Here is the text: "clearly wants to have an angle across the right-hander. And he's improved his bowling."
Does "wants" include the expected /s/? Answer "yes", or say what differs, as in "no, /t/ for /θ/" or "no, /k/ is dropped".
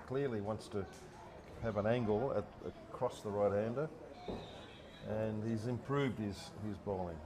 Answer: yes